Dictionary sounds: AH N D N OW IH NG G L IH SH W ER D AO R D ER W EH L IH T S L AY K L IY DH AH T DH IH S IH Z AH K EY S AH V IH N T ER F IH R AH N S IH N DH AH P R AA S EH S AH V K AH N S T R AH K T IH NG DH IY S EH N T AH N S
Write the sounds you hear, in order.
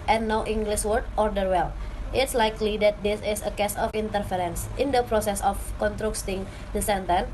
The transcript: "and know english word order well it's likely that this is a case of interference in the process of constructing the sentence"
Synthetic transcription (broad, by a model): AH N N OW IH NG G L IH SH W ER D AO R D ER W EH L IH T S L AY K L IY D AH T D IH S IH S AH K EY S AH F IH N T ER F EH R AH N S IH N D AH P R AA S EH S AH F K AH N T R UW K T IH NG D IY S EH N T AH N